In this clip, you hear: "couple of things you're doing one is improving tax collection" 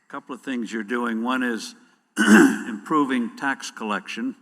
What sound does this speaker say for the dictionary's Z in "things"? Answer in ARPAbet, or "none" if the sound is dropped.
Z